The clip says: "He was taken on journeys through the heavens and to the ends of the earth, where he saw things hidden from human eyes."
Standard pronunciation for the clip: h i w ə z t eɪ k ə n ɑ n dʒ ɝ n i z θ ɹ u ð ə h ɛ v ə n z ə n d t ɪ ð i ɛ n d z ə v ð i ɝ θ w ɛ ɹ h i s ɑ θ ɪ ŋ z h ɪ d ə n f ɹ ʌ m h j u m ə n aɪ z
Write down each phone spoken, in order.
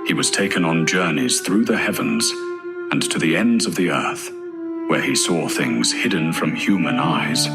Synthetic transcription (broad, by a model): h i w ə z t eɪ k ə n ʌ n dʒ ɝ n i z θ ɹ u ð ə h ɛ v ə n z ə n t ɪ ð i ɛ n d z ə v ð i ɝ θ w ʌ ɹ i s ɑ θ ɪ ŋ z h ɪ d n f ɹ ʌ m h j u m ə n aɪ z